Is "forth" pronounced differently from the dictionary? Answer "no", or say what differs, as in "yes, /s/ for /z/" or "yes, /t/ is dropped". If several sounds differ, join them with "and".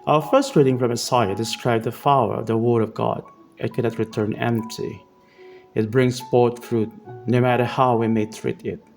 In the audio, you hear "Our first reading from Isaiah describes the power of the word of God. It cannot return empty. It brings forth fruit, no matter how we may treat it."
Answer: yes, /t/ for /θ/